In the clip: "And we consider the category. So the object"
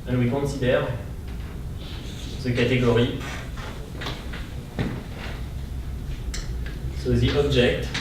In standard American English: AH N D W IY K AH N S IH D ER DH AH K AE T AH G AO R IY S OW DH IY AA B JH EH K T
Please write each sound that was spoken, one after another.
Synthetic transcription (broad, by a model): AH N W IY K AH S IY D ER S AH K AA T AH G AO R IY S OW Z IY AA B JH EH K T